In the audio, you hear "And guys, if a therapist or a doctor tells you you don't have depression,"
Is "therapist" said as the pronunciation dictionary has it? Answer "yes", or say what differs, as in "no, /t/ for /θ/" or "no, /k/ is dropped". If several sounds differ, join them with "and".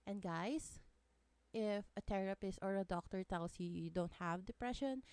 no, /t/ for /θ/